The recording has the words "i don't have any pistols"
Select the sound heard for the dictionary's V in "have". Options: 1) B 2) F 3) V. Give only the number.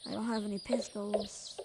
3